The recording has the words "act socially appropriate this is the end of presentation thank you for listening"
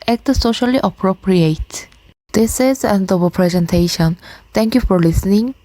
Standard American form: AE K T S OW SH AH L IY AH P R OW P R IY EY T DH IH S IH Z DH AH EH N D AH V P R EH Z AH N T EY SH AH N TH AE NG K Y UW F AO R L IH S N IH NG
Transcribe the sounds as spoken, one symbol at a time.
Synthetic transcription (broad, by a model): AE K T S OW SH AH L IY AH P R OW P R IY EY T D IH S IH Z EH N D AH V P R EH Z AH N T EY SH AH N T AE NG K Y UW F AO R L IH S N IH NG